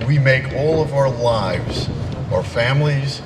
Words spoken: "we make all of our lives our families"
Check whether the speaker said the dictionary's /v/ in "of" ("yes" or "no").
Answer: yes